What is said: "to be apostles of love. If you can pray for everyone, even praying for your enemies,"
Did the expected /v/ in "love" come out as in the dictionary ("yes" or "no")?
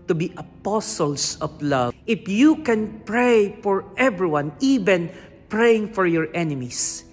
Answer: no